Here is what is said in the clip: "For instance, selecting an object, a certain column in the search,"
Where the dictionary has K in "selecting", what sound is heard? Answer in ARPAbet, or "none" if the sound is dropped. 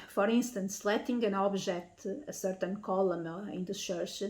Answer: none